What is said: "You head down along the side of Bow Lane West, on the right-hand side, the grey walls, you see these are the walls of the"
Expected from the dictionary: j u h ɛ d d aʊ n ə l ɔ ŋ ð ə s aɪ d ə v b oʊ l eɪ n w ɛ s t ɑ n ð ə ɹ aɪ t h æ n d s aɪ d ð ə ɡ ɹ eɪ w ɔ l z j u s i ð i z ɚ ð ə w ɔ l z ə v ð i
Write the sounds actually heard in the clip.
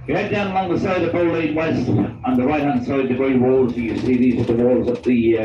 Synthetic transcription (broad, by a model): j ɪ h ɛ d d aʊ n ə l ɔ ŋ ð ə s aɪ d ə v b oʊ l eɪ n w ɛ s t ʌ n ð ə ɹ aɪ t h æ n d s aɪ d ð ə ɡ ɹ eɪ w ɔ l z j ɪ s i ð i z ɚ ð ə w ɔ l z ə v ð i